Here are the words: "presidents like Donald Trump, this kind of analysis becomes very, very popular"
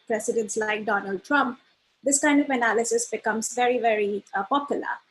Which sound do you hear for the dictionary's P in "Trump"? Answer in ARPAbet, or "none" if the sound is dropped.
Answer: P